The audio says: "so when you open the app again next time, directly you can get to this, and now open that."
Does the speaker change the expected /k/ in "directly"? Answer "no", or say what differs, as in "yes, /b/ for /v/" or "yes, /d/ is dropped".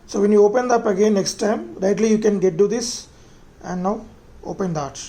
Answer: yes, /k/ is dropped